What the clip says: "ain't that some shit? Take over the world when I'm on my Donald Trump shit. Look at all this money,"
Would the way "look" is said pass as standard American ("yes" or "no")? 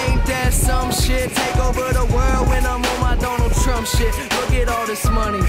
no